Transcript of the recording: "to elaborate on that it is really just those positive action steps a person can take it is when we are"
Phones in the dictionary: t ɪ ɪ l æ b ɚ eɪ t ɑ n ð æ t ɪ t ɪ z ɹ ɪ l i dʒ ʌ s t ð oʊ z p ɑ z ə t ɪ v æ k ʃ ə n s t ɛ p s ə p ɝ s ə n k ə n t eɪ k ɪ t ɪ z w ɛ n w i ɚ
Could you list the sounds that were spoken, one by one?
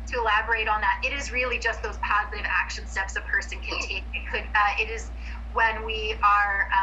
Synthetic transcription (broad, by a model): t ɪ ɪ l æ b ɚ eɪ t n ð æ t ɪ t ɪ z ɹ ɪ l i dʒ ʌ s t ð oʊ z p ɑ z ə t ɪ v æ k ʃ ə n s t ɛ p s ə p ɝ s ə n k ə n t eɪ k ɪ t ɪ z w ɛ n w i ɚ